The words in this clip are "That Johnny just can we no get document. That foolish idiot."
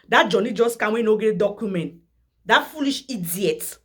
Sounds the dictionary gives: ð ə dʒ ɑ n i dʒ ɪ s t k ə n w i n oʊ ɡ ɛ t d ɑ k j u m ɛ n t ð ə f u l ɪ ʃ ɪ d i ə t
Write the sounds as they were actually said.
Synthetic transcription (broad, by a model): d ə dʒ ɑ n i dʒ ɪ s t k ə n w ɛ n oʊ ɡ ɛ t d ɑ k j u m ɛ n t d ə f u l ɪ ʃ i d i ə t